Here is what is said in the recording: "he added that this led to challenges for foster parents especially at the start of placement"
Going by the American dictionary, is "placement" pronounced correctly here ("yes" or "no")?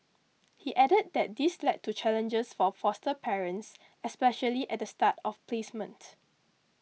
yes